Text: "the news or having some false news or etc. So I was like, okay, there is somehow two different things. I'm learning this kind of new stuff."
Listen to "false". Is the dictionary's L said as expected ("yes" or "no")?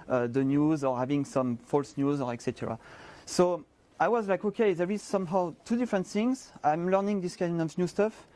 yes